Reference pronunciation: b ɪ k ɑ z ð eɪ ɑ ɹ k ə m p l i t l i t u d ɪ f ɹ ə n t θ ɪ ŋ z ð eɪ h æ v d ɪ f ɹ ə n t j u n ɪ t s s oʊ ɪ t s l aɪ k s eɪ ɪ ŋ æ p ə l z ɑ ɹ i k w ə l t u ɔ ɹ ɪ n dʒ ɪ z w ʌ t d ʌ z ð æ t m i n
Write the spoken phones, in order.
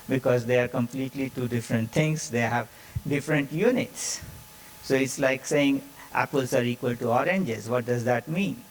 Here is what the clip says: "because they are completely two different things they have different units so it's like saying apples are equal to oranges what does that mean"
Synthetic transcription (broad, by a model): b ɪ k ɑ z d eɪ ɑ ɹ k ə m p l i t l i t u d ɪ f ɹ ə n t t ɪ ŋ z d eɪ h æ v d ɪ f ɹ ə n t j u n ɪ t s s oʊ ɪ t s l aɪ k s eɪ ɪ ŋ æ p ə l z ɑ ɹ i k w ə l t u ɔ ɹ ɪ n dʒ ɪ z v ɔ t d ʌ z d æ t m i n